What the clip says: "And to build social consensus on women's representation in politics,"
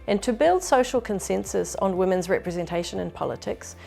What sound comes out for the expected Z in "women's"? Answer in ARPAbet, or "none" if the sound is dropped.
Z